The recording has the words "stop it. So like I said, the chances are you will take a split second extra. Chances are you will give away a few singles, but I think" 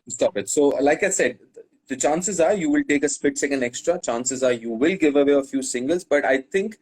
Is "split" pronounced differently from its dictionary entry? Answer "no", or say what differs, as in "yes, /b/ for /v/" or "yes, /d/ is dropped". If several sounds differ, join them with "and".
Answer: yes, /l/ is dropped